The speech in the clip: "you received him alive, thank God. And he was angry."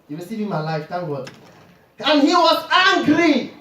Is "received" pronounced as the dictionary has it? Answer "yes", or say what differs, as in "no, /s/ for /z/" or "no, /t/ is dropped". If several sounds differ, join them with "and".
no, /d/ is dropped